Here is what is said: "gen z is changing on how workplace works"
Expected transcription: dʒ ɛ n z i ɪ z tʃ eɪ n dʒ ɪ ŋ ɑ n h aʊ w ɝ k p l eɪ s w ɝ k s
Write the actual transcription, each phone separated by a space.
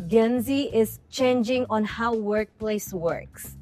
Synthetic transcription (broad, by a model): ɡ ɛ n z i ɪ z tʃ eɪ n dʒ ɪ ŋ ɑ n h aʊ w ɝ k p l eɪ s w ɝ k s